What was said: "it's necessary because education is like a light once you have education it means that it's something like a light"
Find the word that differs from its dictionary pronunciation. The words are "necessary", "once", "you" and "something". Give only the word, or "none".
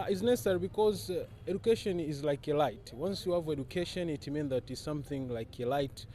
none